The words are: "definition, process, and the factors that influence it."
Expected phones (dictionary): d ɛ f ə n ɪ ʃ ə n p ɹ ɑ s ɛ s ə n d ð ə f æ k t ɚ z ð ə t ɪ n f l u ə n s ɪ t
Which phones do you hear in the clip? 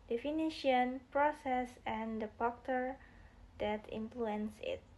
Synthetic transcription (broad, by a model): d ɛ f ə n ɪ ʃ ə n p ɹ ɑ s ɛ s ə n d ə p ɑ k t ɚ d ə t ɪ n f l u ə n s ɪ t